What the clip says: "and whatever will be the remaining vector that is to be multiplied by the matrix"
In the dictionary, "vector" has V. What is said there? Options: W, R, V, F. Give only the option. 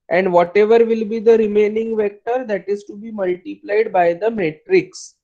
V